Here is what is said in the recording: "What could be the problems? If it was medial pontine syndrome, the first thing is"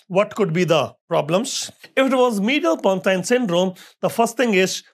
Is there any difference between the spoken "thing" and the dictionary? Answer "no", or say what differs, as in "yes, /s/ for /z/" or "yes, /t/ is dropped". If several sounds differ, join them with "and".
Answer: yes, /t/ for /θ/